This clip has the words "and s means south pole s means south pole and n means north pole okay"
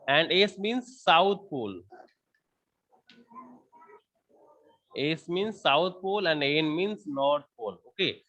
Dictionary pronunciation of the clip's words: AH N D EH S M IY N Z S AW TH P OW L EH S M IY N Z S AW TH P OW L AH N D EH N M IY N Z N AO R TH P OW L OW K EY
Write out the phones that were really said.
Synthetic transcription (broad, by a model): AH N D EH S M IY N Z S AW T P OW L EH S M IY N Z S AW T P OW L AH N D EH N M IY N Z N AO R T P OW L OW K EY